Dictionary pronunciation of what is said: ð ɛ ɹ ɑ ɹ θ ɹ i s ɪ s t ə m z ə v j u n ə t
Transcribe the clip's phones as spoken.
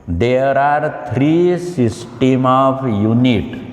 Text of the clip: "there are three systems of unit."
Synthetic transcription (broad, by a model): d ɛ ɹ ɑ ɹ t ɹ i s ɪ s t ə m ə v j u n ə t